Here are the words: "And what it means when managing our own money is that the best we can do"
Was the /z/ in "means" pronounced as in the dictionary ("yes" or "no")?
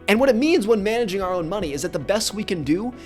yes